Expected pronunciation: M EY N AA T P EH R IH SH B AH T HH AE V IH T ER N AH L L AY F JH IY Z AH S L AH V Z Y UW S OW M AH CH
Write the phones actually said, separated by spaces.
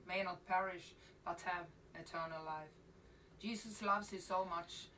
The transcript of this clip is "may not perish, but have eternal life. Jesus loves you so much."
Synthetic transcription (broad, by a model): M EY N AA T P EH R IH SH B AH T HH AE V IH T ER N AH L L AY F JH IY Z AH S L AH V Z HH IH S OW M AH CH